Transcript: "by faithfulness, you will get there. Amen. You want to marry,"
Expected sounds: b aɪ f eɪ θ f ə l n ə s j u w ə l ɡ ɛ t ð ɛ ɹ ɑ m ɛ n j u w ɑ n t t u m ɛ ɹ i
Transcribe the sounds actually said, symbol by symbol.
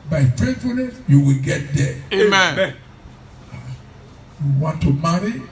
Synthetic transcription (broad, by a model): b aɪ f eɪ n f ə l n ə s j u w ə l ɡ ɛ t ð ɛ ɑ ɑ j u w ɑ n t t u m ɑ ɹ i